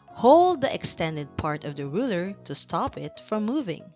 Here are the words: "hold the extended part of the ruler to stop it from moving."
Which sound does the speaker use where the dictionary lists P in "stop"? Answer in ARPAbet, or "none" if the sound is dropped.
P